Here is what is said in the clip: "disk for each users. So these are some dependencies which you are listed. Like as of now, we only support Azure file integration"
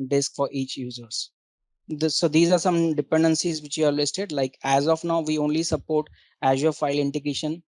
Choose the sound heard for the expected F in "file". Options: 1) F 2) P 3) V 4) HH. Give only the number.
1